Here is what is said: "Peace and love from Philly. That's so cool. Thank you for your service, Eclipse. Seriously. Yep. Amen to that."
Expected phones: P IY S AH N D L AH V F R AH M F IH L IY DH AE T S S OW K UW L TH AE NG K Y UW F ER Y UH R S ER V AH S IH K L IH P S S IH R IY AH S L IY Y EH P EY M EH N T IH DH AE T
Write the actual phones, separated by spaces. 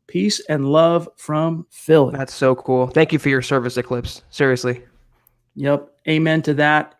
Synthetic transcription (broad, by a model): P IY S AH N L AH V F R AH M F IH L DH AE T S S OW K UW L TH AE NG K Y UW F ER Y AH R S ER V AH S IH K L IH P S S IH R IY AH S L IY Y EH P EY M EH N T IH DH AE T